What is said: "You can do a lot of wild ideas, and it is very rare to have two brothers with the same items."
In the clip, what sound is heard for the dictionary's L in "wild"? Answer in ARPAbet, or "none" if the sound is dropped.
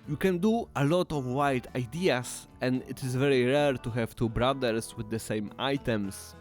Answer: none